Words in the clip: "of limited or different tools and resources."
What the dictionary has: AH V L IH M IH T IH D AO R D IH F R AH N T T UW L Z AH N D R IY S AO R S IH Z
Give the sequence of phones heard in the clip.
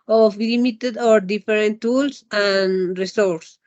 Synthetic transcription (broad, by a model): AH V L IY M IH T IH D AO R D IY F R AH N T T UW L S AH N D R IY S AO R S